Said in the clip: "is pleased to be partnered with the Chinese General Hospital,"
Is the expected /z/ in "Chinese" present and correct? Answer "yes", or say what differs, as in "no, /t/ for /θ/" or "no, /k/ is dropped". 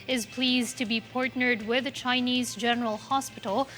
yes